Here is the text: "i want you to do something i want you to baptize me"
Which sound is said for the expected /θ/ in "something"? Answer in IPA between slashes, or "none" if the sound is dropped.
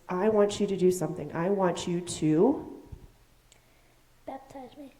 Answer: /θ/